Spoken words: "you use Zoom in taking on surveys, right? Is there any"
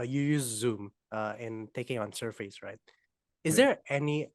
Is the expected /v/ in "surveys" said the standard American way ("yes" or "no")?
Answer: no